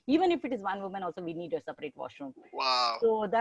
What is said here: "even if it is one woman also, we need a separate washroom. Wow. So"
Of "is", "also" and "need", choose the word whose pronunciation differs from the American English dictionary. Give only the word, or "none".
none